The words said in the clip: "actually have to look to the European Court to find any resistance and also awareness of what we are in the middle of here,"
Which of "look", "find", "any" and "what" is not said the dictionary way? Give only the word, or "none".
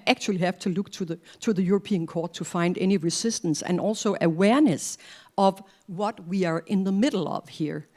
none